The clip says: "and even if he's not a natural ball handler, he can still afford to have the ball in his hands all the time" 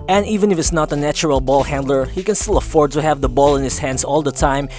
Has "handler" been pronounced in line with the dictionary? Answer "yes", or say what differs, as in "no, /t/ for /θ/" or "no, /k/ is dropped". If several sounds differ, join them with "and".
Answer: yes